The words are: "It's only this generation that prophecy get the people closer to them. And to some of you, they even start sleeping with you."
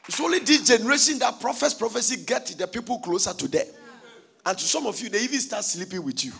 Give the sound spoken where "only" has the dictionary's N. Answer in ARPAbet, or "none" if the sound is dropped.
none